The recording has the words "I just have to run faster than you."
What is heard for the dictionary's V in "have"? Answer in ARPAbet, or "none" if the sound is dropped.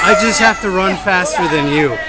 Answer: F